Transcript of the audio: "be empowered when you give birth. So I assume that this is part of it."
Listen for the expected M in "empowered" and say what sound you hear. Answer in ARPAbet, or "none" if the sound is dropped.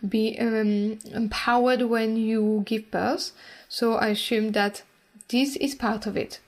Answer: M